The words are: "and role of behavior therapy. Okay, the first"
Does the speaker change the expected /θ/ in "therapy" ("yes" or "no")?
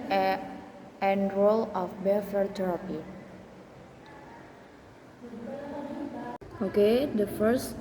yes